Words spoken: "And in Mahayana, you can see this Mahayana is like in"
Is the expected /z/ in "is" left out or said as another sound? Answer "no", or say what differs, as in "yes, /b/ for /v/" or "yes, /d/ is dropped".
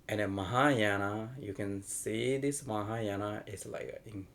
yes, /s/ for /z/